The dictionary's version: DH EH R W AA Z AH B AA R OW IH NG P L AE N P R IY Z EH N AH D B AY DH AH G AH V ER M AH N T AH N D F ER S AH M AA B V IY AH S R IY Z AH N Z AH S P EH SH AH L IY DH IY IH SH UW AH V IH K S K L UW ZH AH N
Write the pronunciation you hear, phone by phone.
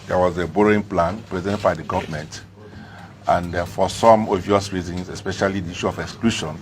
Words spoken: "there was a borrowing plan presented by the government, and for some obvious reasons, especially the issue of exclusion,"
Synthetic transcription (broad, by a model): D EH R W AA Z AH B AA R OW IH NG P L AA N P R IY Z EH N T B AY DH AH G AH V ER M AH N T AH N D F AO S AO M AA V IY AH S R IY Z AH N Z AH S P EH SH AH L IY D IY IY SH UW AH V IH K S K L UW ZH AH N